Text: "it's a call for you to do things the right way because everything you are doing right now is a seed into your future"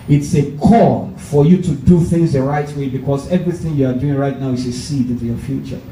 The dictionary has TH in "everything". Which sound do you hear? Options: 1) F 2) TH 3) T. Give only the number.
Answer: 2